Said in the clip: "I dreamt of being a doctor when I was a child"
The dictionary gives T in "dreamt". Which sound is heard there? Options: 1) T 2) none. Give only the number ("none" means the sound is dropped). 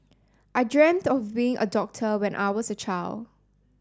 1